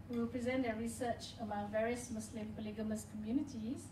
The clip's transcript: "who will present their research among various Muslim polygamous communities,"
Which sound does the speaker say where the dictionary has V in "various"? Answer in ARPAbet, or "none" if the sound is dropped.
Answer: V